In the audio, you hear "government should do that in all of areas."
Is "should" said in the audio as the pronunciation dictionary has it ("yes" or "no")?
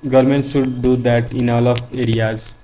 no